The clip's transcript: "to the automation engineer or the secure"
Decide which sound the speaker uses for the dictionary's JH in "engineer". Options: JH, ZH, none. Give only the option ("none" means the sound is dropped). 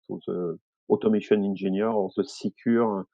ZH